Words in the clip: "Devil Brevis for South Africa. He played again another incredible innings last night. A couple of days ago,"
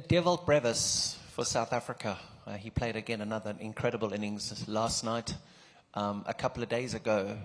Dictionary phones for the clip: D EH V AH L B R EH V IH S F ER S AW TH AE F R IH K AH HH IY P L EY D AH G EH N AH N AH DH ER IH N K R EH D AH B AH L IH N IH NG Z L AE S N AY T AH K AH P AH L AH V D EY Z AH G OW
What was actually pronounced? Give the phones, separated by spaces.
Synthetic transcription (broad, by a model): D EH V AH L B R EH V IH S F ER S AW TH AE F R IH K AH IY P L EY D AH G EH N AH N AH DH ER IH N K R EH D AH B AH L IH N IH NG Z L AE S N AY T AH K AH P L AH V D EY Z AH G OW